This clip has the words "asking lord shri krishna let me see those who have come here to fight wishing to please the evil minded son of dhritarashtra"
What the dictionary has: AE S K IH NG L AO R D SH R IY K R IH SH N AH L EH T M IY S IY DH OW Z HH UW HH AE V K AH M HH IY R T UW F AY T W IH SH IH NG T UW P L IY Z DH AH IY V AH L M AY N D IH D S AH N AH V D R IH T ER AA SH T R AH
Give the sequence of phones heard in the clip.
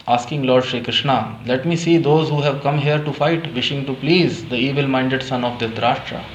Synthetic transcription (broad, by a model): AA S K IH NG L AO R D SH R IY K R IH SH N AH L EH T M IY S IY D OW Z HH UW HH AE V K AH M HH IY R T UW F AY T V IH SH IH NG T UW P L IY Z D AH IY V AH L M AY N D IH D S AH N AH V D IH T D AA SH T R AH